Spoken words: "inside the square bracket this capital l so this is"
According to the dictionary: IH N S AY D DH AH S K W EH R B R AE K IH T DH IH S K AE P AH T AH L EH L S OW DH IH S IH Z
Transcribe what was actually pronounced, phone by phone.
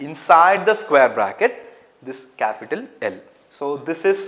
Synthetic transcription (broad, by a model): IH N S AY D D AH S K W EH R B R AE K IH T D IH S K AE P AH T AH L EH L S OW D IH S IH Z